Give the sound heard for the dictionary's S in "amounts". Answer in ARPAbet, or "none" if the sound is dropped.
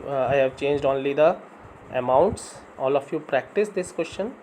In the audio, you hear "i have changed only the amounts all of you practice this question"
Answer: S